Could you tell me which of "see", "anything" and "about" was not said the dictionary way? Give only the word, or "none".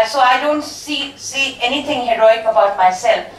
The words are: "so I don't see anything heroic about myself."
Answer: anything